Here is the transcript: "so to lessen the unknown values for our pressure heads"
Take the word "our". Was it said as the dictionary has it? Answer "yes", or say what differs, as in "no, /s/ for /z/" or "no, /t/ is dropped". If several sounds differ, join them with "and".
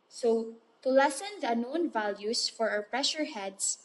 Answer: no, /w/ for /ɹ/